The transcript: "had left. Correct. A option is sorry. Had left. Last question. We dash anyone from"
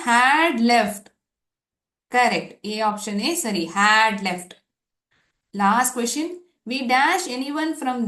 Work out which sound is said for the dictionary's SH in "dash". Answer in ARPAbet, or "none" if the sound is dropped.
SH